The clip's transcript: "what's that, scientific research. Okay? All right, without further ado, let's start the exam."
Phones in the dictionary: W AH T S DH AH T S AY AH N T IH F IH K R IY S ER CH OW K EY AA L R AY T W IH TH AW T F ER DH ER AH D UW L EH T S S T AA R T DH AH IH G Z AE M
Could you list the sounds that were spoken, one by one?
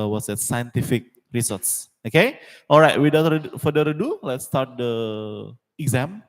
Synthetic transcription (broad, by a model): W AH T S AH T S AY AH N T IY F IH K R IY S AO S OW K EY AA L R AY T W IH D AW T F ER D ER AH D UW L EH T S S T AA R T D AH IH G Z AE M